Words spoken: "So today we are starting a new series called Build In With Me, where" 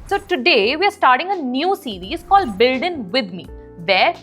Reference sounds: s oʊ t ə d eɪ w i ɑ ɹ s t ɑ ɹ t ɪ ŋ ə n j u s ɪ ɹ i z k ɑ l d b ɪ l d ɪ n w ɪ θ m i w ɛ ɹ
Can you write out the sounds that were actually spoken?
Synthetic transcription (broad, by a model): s oʊ t ə d eɪ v i ɑ ɹ s t ɑ ɹ t ɪ ŋ ə n j u s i ɹ i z k ɑ l d b ɪ l d ɪ n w ɪ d m i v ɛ ɹ